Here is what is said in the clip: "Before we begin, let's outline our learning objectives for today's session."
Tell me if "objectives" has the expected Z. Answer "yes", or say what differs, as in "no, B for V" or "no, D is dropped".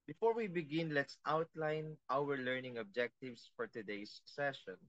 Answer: no, S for Z